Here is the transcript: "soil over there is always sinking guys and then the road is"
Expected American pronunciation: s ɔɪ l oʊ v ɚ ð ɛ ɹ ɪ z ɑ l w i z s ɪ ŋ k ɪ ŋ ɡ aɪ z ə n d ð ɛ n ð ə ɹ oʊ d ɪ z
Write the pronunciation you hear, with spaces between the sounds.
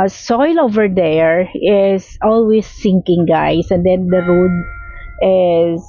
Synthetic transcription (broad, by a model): s ɔɪ l oʊ v ɚ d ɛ ɹ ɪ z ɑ l w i s ɪ ŋ k ɪ ŋ ɡ aɪ s ə n d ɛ n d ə ɹ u d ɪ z